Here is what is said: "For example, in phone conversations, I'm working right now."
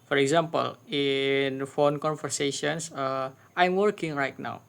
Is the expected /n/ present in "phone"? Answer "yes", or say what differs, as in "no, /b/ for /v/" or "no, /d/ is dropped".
yes